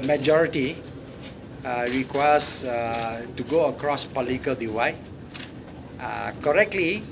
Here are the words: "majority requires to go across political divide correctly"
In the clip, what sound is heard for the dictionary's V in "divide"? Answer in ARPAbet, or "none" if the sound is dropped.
W